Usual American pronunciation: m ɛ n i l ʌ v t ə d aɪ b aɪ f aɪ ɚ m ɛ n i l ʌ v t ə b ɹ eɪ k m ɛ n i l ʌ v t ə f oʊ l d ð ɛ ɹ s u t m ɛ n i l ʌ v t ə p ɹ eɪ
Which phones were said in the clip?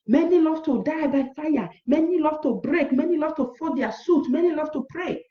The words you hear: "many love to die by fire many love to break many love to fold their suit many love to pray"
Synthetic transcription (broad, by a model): m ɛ n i l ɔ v t ə d aɪ b aɪ f aɪ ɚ m ɛ n i l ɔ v t ə b ɹ eɪ k m ɛ n i l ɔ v t ə f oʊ d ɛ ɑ s u t m ɛ n i l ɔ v t ə p ɹ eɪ